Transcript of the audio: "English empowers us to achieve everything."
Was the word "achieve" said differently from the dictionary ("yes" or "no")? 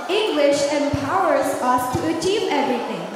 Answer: no